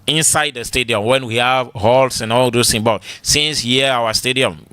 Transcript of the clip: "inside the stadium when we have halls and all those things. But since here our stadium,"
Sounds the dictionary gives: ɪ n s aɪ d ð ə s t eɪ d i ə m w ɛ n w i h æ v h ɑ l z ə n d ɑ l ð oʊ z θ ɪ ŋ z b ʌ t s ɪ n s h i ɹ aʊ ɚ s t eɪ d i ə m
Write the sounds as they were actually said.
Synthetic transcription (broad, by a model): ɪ n s aɪ d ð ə s t eɪ d i ə m w ɛ n w i h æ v h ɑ l s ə n ɑ l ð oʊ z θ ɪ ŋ b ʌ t s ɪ n s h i aʊ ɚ s t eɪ d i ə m